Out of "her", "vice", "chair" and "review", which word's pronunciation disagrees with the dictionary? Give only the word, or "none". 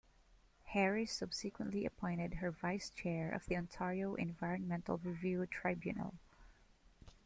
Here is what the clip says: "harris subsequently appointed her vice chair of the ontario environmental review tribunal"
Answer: none